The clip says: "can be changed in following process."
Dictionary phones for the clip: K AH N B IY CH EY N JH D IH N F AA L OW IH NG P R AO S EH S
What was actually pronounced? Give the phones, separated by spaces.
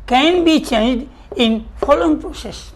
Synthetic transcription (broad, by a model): K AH N B IY CH EY N JH D IH N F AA L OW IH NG P R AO S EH S